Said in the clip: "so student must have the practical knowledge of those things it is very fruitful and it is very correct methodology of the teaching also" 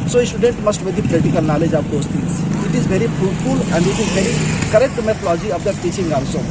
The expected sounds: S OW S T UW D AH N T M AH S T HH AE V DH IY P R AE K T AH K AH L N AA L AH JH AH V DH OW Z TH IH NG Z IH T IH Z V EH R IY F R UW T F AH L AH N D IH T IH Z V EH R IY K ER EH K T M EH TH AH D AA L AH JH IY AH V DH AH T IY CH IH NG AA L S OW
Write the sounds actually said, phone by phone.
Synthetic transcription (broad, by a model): S OW S T UW D AH N T M AH S T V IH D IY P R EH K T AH K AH L N AA L AH JH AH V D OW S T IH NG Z IH T IH Z V EH R IY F UW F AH L AH N D IH T IH Z V EH R IY K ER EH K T M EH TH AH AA L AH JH IY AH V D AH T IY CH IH NG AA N S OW